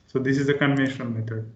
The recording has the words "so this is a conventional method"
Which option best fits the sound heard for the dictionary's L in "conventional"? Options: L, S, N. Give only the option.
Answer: N